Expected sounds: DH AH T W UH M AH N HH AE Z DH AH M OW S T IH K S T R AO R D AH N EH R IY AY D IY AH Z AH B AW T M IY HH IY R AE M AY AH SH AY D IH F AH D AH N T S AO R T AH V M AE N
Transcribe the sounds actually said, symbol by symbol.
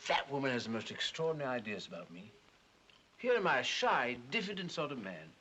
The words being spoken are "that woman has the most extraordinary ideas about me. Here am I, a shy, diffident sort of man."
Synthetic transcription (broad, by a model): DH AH T W UH M AH N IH Z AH M OW S T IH K S T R AO R D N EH R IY AY D IY AH Z AH B AW T M IY HH IY R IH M AY AH SH AY D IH F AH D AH N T S AO R T AH V M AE N